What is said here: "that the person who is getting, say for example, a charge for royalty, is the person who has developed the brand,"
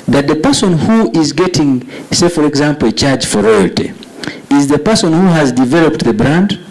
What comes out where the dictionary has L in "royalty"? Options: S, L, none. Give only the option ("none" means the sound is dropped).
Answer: L